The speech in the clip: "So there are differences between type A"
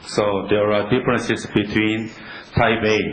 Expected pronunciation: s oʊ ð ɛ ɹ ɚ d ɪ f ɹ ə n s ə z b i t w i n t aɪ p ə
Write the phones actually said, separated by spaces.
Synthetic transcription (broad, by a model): s oʊ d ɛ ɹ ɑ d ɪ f ɹ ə n s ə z b i t w i n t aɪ b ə